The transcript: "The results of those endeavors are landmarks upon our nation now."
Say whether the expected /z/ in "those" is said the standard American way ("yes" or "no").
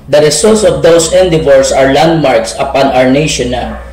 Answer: no